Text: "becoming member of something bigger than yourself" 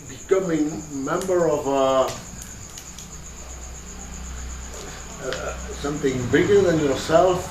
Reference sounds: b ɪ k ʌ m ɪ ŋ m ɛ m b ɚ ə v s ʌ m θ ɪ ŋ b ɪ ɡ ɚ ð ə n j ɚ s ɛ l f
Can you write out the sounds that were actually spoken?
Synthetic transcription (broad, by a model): b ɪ k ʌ m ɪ ŋ m ɛ m b ɚ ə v s ʌ m θ ɪ ŋ b ɪ ɡ ɚ ð ə n j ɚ s ɛ l f